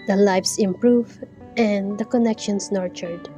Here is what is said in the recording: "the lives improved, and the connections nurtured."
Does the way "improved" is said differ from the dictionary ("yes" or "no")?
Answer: yes